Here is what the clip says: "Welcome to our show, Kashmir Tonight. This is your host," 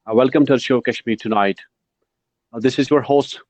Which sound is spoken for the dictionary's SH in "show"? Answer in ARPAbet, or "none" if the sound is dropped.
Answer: SH